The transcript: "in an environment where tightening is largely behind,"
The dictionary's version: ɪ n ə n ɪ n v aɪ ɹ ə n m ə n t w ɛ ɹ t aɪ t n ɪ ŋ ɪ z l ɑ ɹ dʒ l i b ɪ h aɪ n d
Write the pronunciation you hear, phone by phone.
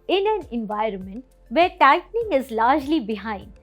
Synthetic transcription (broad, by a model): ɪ n ə n ɪ n v aɪ ɹ ə n m ə n t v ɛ ɹ t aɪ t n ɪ ŋ ɪ z l ɑ ɹ dʒ l i b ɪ h aɪ n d